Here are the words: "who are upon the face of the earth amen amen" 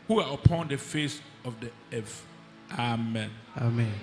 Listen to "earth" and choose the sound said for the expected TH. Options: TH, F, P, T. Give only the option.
F